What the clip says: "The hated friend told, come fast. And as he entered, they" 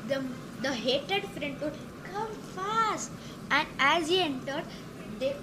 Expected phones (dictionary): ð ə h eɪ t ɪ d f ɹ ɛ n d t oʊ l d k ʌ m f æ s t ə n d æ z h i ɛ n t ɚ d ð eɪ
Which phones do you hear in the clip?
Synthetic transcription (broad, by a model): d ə h eɪ t ɪ d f ɹ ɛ n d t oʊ d k ʌ m f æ s t ə n d æ z h i ɛ n t ɚ d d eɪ